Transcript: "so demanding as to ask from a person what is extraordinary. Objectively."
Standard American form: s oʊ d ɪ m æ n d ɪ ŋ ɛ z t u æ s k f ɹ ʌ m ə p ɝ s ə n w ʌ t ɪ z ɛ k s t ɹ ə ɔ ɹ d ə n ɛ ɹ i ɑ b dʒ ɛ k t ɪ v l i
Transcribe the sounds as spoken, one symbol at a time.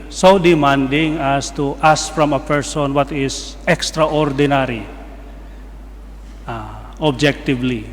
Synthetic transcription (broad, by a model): s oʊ d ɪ m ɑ n d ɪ ŋ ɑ s t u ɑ s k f ɹ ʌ m ə p ɝ s ə n w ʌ t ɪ s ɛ k s t ɹ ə ɔ ɹ d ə n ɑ ɹ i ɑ b dʒ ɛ k t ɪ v l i